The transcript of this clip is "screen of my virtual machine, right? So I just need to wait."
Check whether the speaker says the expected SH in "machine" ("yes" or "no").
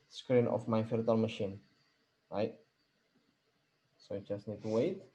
yes